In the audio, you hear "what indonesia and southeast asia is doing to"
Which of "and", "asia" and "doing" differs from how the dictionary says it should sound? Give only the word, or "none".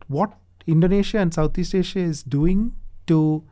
asia